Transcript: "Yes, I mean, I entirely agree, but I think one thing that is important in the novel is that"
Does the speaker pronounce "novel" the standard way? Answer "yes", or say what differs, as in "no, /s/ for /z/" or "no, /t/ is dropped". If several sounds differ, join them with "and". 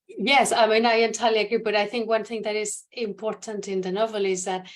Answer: yes